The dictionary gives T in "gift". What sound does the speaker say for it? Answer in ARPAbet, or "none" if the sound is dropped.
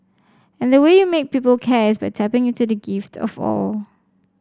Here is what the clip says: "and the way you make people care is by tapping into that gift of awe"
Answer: T